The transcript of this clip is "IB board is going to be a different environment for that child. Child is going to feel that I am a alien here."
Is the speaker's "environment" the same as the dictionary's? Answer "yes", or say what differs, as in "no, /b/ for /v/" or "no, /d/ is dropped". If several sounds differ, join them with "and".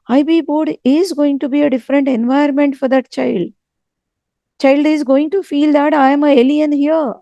no, /ɹ/ is dropped